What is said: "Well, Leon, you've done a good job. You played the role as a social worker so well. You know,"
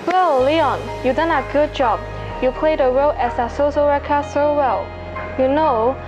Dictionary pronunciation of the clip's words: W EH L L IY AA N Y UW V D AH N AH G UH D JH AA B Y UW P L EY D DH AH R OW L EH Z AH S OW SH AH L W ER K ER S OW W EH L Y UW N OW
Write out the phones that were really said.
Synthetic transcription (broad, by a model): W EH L L IY AA N Y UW D AH N AH G UH D JH AA B Y UW P L EY D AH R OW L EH S AH S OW S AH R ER K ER S OW W EH L Y UW N OW